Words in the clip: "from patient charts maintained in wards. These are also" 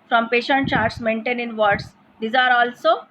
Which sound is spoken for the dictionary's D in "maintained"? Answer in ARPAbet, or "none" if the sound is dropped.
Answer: none